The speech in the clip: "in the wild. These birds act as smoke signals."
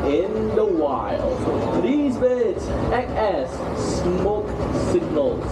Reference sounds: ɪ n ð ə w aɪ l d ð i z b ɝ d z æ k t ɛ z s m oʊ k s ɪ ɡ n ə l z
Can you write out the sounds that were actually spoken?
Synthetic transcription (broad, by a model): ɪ n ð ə w aɪ l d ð i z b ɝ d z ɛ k ɛ s m oʊ k s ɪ ɡ n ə l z